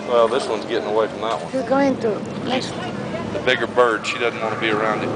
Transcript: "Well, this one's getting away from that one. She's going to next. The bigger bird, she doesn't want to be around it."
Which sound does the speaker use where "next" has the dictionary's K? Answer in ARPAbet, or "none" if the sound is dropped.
none